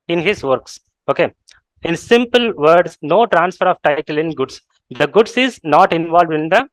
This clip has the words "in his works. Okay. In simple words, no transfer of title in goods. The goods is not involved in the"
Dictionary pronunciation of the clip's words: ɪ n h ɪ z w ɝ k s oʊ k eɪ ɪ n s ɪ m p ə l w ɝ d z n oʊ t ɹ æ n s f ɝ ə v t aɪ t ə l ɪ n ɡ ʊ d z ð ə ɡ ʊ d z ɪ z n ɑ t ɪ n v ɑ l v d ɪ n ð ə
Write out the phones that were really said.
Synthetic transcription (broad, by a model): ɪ n h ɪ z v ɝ k s oʊ k eɪ ɪ n s ɪ m p ə l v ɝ d s n oʊ t ɹ æ n s f ɝ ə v t aɪ t ə l ɪ n ɡ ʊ d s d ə ɡ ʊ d s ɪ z n ɑ t ɪ n v ɑ l v d ɪ n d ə